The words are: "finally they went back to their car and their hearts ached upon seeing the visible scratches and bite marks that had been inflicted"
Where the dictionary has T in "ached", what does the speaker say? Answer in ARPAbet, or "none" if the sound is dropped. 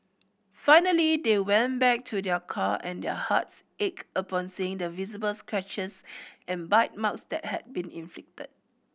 none